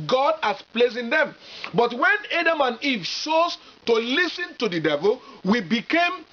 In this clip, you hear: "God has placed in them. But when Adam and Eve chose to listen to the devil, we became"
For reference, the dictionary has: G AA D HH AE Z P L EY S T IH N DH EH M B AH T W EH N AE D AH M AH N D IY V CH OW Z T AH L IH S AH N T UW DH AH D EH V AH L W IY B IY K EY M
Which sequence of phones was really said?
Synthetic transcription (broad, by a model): G AA D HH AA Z P L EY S IH N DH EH M B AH T W EH N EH D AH M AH N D IY V SH OW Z T AH L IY S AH N T UW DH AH D EH V AH L W IY B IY K EY M